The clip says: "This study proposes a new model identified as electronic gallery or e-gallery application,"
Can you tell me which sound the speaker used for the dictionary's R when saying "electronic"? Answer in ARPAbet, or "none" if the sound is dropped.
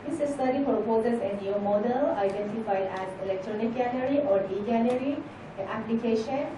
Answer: R